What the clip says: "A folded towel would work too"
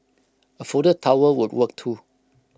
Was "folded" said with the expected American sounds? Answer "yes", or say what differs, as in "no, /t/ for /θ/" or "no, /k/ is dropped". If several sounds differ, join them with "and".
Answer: no, /l/ is dropped